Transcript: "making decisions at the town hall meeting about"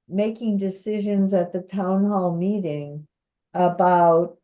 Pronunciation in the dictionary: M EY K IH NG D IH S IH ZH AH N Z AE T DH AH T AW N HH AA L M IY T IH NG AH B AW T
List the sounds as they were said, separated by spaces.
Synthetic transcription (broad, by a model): M EY K IH NG D IH S IH ZH AH N Z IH T DH AH T AW N HH AA L M IY T IH NG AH B AW T